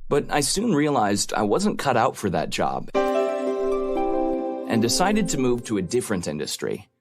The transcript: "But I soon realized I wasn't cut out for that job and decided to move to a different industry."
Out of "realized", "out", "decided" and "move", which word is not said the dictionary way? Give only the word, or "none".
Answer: none